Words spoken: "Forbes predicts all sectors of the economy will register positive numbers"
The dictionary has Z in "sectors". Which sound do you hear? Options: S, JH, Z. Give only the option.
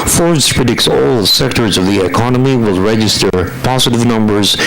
Z